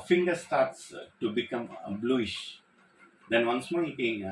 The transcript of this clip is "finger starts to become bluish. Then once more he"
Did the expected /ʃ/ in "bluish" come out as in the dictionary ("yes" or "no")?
yes